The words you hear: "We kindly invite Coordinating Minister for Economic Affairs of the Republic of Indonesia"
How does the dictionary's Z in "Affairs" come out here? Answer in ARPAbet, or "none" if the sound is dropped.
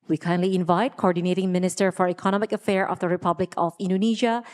none